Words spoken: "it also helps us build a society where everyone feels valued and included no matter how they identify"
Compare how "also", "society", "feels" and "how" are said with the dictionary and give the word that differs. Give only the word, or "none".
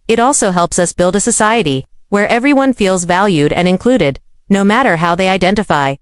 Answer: none